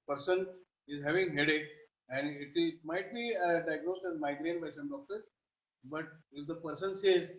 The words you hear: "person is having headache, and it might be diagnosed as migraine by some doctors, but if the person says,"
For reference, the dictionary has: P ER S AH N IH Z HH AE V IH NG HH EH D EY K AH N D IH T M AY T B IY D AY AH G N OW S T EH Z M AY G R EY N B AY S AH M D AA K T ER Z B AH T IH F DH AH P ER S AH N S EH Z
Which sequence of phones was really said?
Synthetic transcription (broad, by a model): P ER S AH N IH Z HH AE V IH NG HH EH D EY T AH N D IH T M AY T B IY D AY AH G N OW S T EH Z M AY G R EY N B AY S AH M D AA K T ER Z B AH T IH F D AH P ER S AH N S EH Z